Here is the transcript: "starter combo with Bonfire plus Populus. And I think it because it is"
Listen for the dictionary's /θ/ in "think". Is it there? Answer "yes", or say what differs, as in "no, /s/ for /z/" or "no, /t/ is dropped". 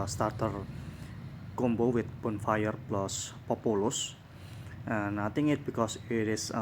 no, /t/ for /θ/